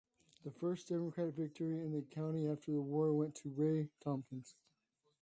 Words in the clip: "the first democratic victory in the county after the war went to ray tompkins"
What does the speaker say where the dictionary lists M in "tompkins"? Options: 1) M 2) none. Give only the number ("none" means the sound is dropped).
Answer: 1